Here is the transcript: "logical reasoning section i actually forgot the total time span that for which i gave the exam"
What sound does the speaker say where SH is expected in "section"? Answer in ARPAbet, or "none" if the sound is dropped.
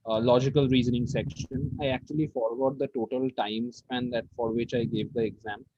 SH